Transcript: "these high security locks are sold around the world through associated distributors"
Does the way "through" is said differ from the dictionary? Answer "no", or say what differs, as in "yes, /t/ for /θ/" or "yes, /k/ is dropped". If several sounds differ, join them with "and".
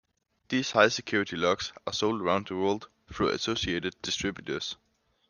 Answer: yes, /f/ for /θ/